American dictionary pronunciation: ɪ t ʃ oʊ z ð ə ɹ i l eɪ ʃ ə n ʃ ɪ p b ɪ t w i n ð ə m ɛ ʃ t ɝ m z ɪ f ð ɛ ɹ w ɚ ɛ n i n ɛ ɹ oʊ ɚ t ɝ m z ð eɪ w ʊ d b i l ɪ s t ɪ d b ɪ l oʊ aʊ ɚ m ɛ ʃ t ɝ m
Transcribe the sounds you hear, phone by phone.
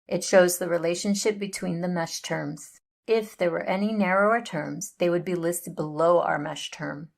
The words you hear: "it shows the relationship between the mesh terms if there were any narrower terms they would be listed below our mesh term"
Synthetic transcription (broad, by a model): ɪ t ʃ oʊ z ð ə ɹ i l eɪ ʃ ə n ʃ ɪ p b ɪ t w i n ð ə m ɛ ʃ t ɝ m z ɪ f ð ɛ ɹ w ɚ ɛ n i n ɛ ɹ oʊ ɚ t ɝ m z ð eɪ w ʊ d b i l ɪ s t ɪ d b ɪ l oʊ aʊ ɚ m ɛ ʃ t ɝ m